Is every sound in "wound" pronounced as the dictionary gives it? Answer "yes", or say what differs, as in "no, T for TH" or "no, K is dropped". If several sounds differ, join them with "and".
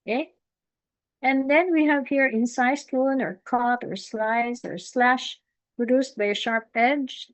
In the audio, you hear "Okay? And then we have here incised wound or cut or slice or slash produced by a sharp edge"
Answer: no, D is dropped